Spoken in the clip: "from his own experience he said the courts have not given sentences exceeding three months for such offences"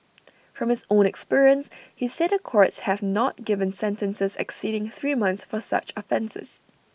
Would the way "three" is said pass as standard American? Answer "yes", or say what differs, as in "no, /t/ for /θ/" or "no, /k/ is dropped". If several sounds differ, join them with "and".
yes